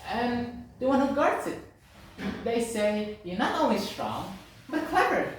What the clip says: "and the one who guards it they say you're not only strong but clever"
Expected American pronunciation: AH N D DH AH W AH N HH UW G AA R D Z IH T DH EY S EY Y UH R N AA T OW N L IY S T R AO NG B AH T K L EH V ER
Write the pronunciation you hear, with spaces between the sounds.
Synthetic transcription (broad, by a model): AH N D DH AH W AH N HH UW G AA R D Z IH T DH EY S EY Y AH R N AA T OW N W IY S T R AO NG B AH T K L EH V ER